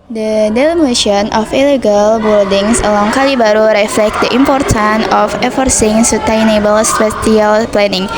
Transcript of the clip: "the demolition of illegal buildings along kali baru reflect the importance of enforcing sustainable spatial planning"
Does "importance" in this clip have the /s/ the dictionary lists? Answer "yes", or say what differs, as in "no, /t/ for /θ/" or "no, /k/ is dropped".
no, /s/ is dropped